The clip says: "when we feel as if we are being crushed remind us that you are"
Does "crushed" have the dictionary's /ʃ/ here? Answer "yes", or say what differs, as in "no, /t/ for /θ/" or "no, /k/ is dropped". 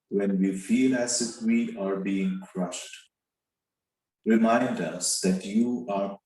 yes